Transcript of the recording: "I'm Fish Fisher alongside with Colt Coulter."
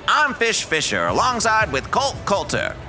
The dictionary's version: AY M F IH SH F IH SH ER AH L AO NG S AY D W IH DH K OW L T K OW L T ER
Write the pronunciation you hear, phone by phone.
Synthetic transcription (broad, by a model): AY M F IH SH F IH SH ER AH L AO NG S AY D W IH DH K OW L T K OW L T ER